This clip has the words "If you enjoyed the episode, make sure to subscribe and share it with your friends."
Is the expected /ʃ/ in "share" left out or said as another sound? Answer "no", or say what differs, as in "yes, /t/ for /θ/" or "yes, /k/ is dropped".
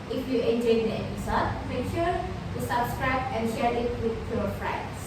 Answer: no